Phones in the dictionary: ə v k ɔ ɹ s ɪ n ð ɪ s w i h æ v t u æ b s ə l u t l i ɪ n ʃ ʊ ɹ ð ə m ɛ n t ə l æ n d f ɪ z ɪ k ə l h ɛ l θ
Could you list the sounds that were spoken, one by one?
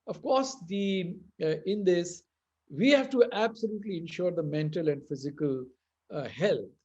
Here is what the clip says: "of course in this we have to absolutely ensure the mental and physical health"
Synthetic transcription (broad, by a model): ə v k ɔ ɹ s ɪ n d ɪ s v i h æ v t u æ b s ə l u t l i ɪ n ʃ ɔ ɹ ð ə m ɛ n t ə l æ n d f ɪ z ɪ k ə l h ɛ l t